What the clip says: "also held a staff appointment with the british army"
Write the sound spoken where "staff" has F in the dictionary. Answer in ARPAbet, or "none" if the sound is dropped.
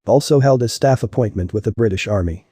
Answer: F